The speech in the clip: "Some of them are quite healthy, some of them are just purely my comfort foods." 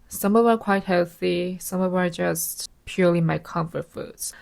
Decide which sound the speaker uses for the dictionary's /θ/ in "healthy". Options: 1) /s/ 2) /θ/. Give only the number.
2